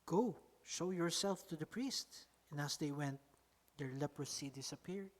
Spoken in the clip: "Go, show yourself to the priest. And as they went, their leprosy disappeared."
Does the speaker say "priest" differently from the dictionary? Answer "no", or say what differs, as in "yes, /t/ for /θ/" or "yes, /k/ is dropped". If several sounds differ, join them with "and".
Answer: no